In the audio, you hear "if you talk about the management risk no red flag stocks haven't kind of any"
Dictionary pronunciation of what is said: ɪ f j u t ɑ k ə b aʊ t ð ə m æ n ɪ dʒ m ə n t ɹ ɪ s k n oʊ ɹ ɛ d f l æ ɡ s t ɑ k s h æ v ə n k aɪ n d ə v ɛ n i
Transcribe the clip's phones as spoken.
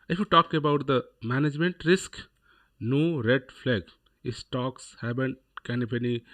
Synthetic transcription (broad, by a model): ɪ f j u t ɑ k ə b aʊ t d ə m æ n ɪ dʒ m ə n t ɹ ɪ s k n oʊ ɹ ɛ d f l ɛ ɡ s t ɑ k s h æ b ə n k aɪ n ə p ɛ n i